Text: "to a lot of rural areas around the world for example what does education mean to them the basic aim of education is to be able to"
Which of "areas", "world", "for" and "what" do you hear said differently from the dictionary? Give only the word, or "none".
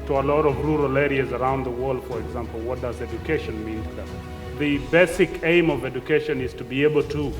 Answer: none